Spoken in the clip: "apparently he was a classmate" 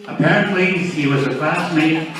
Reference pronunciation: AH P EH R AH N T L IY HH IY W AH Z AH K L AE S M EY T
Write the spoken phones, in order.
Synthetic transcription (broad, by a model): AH P EH R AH N T L IY HH IY W AH Z AH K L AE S M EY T